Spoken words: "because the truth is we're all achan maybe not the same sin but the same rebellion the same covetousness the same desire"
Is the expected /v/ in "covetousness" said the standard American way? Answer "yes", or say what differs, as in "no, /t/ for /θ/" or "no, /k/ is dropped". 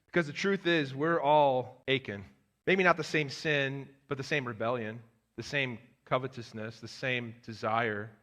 yes